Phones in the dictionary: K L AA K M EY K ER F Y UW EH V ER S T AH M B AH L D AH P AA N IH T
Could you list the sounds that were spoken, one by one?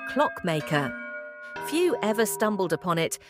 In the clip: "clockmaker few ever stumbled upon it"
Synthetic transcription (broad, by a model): K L AA K M EY K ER F Y UW EH V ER S T AH M B AH L D AH P AA N IH T